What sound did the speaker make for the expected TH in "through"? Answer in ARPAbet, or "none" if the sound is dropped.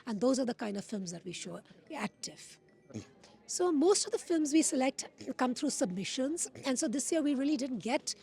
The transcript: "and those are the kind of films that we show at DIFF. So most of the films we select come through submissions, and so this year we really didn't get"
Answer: T